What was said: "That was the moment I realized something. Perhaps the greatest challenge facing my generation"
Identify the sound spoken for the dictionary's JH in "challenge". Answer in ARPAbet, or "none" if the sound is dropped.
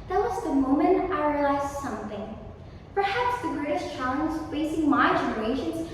Z